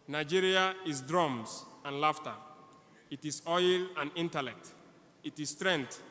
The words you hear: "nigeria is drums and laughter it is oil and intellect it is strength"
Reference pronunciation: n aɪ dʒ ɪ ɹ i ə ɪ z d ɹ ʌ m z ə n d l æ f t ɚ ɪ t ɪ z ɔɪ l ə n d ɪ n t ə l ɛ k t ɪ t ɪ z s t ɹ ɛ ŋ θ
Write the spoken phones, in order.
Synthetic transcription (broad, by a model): n aɪ dʒ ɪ ɹ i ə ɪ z d ɹ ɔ m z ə n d l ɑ f t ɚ ɪ t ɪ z ɔɪ l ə n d ɪ n t ə l ɛ k t ɪ t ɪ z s t ɹ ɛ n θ